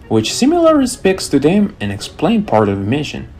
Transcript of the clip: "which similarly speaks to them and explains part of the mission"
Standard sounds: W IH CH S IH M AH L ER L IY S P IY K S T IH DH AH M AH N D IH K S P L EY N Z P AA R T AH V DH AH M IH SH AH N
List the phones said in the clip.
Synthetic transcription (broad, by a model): W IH CH S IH M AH L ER IY S P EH K S T IH DH AH M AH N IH K S P L EY N P AA R T AH V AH M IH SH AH N